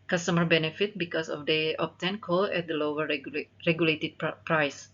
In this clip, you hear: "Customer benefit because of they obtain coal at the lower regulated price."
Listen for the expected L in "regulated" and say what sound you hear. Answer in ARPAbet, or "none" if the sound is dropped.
L